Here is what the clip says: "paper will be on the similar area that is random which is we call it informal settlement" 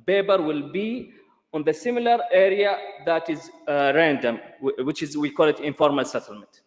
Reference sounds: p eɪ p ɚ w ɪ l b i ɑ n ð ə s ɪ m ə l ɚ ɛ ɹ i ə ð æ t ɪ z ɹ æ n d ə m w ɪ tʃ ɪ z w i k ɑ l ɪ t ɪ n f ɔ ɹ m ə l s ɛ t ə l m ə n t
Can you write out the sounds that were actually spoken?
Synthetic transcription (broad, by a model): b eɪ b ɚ w ɪ l b i ɑ n ð ə s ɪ m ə l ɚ ɛ ɹ i ə ð æ t ɪ z ɹ æ n d ə m w ɪ tʃ ɪ z w i k ɑ l ɪ t ɪ n f ɔ ɹ m ə l s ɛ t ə l m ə n t